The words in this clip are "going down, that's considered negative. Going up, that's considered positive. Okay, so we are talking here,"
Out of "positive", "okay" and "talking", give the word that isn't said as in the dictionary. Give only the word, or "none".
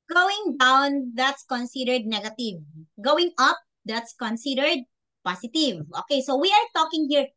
positive